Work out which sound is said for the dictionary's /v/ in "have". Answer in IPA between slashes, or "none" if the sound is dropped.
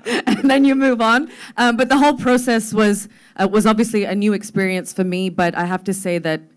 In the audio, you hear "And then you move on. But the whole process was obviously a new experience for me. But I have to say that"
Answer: /f/